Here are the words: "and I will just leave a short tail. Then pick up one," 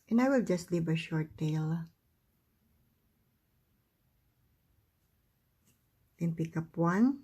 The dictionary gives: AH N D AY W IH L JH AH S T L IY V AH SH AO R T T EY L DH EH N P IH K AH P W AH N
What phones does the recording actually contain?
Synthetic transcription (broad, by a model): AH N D AY W IH L JH AH S T L IY V AH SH AO R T T EY L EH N P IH K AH P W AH N